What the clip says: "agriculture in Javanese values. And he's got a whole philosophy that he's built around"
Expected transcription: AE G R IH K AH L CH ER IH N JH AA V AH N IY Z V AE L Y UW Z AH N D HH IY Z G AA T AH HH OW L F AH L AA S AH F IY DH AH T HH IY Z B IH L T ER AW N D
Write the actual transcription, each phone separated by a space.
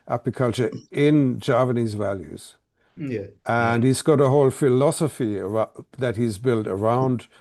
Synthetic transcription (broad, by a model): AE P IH K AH L CH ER IH N JH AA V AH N IY Z V AE L Y UW Z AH N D HH IY Z G AA T AH HH OW L F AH L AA S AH F IY DH AH T HH IY Z B IH L T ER AW N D